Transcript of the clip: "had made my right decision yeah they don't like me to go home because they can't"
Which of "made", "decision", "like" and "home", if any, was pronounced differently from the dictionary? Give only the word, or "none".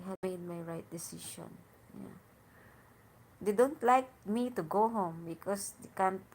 decision